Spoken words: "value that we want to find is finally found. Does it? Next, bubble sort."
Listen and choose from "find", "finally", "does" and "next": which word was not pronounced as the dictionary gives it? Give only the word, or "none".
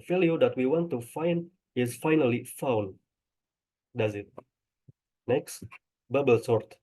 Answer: none